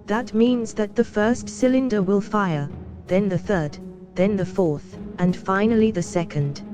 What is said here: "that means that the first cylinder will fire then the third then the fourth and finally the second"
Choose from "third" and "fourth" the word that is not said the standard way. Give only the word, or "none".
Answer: none